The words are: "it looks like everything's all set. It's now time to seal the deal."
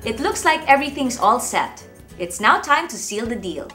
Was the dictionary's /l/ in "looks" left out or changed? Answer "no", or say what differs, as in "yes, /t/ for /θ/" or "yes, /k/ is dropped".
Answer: no